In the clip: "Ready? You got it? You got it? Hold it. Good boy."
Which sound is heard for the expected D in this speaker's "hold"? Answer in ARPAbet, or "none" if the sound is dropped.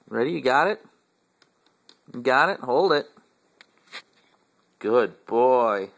D